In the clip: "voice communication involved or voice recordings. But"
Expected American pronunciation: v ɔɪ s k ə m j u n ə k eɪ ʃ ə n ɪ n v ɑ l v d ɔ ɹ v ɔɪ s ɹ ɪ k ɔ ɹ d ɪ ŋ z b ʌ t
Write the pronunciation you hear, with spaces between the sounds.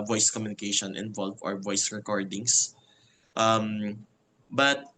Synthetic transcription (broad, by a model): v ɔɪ s k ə m j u n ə k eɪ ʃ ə n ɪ n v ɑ l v ɔ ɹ v ɔɪ s ɹ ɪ k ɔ ɹ d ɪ ŋ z b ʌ t